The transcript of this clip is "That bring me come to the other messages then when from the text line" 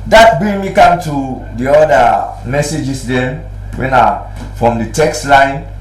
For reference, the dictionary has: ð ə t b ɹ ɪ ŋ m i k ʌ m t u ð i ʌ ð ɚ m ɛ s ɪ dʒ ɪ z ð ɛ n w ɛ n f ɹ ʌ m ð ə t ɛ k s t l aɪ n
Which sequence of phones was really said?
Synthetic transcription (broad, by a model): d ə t b ɹ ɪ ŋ m i k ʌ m t u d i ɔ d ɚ m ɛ s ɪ dʒ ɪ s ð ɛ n w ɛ n f ɹ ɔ m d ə t ɛ k s t l aɪ n